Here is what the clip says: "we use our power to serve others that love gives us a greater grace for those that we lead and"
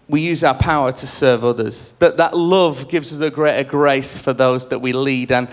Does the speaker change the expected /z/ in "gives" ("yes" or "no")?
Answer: no